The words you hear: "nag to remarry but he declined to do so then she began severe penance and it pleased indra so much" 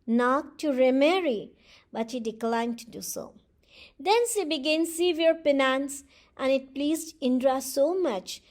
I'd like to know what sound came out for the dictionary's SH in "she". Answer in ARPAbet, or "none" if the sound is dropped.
S